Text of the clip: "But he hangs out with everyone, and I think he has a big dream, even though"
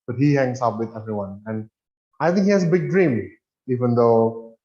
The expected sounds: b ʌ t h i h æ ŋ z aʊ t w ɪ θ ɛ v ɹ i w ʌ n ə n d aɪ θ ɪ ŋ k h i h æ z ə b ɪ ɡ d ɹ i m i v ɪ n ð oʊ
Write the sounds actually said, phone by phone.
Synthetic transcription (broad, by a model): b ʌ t h i h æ ŋ s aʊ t w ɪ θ ɛ v ɹ i w ʌ n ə n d aɪ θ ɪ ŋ k h i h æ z ə b ɪ ɡ d ɹ i m i v ɪ n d oʊ